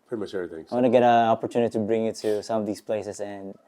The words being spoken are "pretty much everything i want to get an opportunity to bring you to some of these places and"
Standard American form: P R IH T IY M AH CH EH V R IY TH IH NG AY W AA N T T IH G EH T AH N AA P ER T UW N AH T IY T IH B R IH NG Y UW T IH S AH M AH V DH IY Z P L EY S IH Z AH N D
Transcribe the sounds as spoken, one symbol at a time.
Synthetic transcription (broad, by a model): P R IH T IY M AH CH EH R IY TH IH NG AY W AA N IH G EH T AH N AA P ER T UW N AH T IY T IH B R IH NG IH T IH S AH M AH V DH IY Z P L EY S IH Z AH N